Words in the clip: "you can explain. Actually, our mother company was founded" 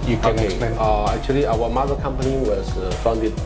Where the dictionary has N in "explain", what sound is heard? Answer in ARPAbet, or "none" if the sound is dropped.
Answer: none